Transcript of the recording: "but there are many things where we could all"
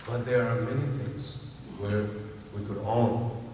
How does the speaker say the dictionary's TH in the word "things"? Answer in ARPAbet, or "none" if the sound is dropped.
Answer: TH